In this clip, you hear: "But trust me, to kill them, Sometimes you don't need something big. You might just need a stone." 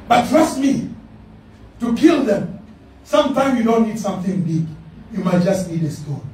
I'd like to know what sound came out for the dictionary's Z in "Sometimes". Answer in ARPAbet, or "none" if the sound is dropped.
none